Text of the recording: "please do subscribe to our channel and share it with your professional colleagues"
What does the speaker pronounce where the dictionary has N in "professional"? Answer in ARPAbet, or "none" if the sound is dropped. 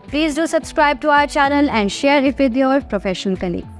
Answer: none